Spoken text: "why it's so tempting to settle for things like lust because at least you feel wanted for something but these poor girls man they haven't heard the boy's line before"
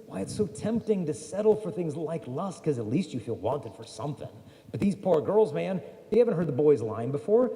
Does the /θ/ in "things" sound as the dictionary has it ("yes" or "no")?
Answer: yes